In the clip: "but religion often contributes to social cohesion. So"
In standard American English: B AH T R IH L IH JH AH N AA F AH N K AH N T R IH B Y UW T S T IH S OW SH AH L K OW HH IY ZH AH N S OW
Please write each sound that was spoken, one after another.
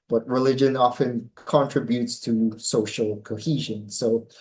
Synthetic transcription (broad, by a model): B AH T R IH L IH JH AH N AA F AH N K AH N T R IH B Y UW T S T IH S OW SH L K OW HH IY ZH AH N S OW